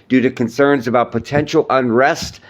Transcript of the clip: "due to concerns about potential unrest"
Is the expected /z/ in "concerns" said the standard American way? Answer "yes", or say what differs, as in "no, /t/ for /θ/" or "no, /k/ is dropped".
yes